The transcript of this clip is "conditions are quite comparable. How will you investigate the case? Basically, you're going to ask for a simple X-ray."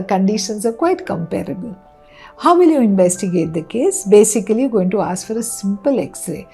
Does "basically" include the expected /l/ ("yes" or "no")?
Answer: no